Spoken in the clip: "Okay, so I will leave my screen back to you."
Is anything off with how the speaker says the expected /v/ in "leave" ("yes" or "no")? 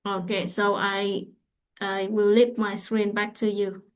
yes